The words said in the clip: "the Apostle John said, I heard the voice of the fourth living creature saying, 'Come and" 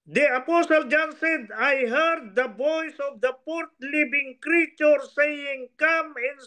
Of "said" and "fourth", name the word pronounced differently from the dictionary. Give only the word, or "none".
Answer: fourth